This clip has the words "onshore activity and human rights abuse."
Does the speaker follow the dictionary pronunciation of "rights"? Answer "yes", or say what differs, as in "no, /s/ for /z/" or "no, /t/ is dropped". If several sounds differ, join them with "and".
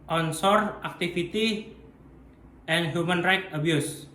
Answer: no, /s/ is dropped